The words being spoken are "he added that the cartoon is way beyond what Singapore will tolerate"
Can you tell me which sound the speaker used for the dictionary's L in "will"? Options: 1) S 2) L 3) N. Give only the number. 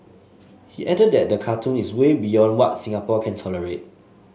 3